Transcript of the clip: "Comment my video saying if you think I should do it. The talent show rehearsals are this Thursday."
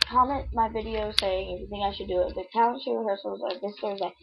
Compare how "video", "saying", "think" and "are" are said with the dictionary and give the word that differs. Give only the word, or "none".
think